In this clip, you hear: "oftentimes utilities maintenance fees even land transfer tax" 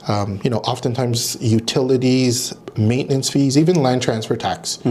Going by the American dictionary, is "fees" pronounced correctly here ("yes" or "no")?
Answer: yes